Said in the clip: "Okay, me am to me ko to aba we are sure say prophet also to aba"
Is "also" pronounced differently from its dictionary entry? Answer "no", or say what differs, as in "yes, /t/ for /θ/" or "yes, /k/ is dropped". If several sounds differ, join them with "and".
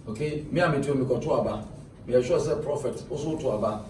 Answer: yes, /l/ is dropped